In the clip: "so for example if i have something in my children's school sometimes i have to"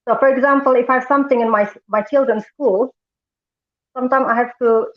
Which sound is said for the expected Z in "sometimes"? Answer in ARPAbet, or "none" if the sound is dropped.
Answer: none